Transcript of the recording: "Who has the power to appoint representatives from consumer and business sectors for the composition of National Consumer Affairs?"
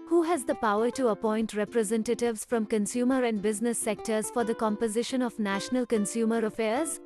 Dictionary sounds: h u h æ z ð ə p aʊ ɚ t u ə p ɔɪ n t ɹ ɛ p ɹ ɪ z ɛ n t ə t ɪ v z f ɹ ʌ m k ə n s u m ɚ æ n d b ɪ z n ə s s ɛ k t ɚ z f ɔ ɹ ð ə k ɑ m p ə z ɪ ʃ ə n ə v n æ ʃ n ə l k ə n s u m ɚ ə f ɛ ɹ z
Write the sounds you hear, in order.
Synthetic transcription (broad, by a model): h u h æ z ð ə p aʊ ɚ t u ə p ɔɪ n t ɹ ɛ p ɹ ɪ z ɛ n t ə t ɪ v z f ɹ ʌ m k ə n s u m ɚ æ n d b ɪ z n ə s s ɛ k t ɚ z f ɔ ɹ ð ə k ɑ m p ə z ɪ ʃ ə n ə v n æ ʃ n ə l k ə n s u m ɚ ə f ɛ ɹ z